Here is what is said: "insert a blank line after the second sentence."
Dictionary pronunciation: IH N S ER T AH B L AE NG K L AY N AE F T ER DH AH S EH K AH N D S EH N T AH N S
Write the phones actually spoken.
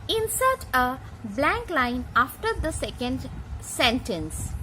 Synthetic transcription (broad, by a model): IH N S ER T AH B L AE NG K L AY N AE F T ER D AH S EH K AH N D S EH N T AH N S